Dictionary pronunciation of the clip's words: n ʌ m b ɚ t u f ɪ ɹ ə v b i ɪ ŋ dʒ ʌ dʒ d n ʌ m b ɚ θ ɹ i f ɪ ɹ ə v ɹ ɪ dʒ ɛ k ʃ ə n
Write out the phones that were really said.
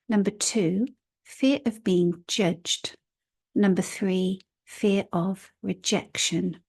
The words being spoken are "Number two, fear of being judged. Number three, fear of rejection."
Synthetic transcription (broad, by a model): n ʌ m b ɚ t u f ɪ ɹ ə v b i ɪ ŋ dʒ ʌ dʒ d n ʌ m b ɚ θ ɹ i f ɪ ɹ ə v ɹ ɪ dʒ ɛ k ʃ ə n